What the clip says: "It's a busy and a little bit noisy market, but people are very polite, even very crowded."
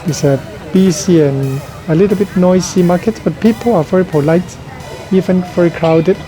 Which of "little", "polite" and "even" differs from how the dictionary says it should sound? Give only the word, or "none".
none